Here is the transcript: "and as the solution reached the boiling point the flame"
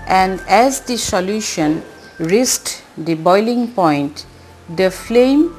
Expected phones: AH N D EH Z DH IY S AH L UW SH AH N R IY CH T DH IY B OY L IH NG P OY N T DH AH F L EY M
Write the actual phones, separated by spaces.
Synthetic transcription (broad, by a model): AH N D EH Z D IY S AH L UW SH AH N R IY S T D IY B OY L IH NG P OY N T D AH F L EY M